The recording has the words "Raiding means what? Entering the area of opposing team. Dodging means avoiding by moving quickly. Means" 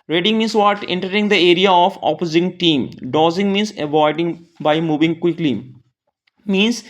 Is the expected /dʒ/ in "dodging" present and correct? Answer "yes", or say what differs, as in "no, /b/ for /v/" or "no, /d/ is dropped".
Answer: no, /z/ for /dʒ/